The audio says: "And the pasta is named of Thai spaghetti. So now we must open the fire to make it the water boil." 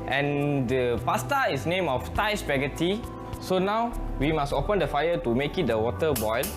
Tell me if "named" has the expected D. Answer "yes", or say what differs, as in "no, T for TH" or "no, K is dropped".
no, D is dropped